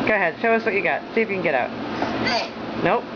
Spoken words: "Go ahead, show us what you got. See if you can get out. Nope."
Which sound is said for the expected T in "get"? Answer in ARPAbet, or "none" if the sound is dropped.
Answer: T